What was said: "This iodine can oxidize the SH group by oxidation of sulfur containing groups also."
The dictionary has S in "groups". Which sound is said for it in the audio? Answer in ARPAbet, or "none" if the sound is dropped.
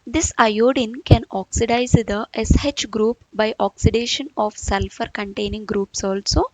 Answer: S